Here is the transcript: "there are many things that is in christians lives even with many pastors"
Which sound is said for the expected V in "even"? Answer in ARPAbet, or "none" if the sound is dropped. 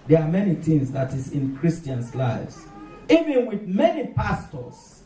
V